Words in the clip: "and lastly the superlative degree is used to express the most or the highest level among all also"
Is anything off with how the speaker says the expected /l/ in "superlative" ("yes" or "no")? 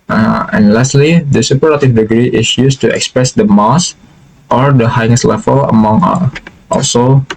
yes